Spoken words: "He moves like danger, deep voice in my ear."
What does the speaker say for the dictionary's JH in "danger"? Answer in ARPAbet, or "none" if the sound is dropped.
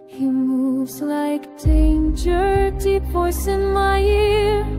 JH